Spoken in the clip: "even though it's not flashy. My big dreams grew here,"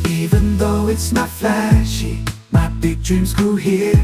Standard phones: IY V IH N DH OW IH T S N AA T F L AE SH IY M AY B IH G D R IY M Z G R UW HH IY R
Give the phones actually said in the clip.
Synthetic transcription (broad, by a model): IY V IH N DH OW IH T S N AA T F L AE SH IY M AY B IH G D R IY M Z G UW HH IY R